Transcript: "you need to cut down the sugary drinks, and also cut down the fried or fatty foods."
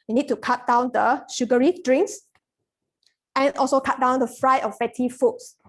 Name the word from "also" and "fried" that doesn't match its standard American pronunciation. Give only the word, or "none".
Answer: fried